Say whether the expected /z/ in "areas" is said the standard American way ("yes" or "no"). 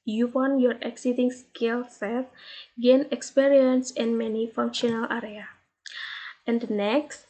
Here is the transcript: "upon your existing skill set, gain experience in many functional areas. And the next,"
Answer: no